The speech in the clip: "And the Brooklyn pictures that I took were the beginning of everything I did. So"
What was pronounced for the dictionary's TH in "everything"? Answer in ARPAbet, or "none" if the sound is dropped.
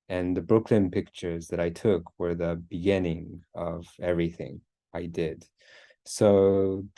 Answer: TH